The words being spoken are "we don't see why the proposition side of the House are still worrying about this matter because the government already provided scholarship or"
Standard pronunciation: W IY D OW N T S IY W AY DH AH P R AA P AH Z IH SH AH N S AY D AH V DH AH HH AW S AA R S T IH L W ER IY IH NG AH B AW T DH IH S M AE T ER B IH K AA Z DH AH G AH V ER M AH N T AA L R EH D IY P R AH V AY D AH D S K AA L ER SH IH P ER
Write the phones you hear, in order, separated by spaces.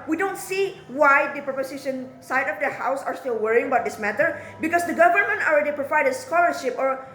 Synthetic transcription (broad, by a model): W IY D OW N T S IY W AY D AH P R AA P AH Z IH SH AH N S AY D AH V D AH HH AW S AA R S T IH L W ER IY IH NG AH B AW T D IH S M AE T ER B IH K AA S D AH G AH V ER M AH N T AA L R EH D IY P R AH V AY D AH S K AA L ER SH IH P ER